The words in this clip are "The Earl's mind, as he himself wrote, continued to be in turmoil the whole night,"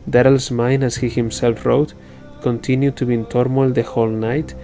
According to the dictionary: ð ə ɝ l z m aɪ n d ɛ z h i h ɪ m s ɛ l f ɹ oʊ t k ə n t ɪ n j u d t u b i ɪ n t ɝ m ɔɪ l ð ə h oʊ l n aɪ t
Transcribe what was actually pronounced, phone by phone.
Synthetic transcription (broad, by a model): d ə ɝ l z m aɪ n ɛ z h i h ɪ m s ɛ l f ɹ oʊ t k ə n t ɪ n j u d t u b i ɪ n t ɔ m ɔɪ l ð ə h oʊ l n aɪ t